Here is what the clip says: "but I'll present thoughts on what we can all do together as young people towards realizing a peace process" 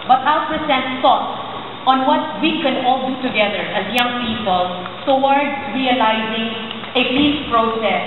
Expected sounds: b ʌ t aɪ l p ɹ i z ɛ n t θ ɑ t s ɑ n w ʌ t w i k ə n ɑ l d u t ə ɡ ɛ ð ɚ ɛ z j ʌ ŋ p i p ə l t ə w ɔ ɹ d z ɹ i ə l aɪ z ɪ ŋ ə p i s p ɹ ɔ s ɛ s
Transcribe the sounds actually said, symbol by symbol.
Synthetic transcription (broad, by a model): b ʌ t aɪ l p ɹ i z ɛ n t s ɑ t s ɑ n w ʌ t w i k ə n ɑ l d u t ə ɡ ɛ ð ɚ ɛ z j ʌ ŋ p i p ə l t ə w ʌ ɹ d ɹ i ə l aɪ z ɪ ŋ ə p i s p ɹ ɔ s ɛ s